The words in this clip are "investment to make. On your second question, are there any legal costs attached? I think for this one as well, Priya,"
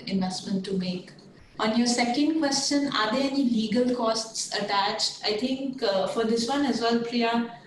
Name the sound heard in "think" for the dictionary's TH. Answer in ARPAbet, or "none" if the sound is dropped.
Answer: T